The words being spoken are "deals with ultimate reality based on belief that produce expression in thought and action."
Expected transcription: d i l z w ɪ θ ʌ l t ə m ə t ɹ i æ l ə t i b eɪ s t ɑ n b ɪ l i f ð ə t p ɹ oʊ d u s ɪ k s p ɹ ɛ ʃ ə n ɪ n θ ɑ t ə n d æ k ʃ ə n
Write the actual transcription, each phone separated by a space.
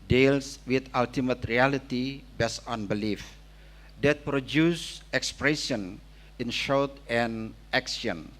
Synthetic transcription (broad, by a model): d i l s w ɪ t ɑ l t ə m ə t ɹ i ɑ l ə t i b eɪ s ɑ n b ɪ l i f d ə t p ɹ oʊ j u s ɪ k s p ɹ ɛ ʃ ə n ɪ n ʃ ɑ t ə n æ k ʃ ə n